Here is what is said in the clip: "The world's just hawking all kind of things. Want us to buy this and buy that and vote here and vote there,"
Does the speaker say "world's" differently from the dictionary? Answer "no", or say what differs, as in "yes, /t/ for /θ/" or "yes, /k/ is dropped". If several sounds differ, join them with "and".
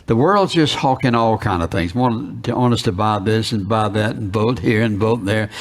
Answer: no